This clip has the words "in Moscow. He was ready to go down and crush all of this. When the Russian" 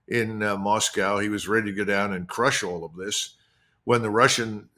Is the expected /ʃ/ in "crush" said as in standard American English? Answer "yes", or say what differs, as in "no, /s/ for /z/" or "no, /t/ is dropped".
yes